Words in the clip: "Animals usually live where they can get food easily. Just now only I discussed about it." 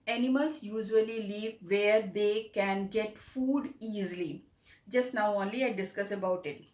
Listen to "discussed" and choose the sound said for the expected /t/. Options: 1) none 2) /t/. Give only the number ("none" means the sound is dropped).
1